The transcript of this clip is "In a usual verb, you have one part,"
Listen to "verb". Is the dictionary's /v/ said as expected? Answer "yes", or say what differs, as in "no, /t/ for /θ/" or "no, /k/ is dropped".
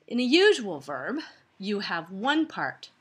yes